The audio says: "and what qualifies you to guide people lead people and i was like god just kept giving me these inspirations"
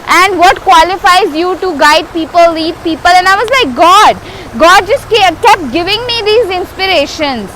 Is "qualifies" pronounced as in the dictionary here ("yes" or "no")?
yes